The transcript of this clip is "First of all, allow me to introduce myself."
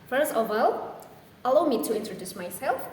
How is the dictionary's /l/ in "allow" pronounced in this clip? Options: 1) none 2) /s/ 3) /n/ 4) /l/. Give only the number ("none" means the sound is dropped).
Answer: 4